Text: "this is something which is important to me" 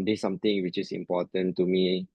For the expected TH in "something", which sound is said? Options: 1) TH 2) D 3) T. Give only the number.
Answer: 3